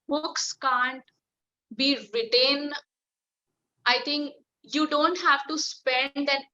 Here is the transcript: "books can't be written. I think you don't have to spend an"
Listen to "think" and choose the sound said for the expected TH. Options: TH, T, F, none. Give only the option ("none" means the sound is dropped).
T